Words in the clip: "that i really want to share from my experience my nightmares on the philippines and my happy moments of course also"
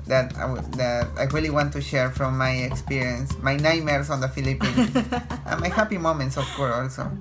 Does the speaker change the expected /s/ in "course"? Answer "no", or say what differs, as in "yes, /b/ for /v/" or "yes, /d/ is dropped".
yes, /s/ is dropped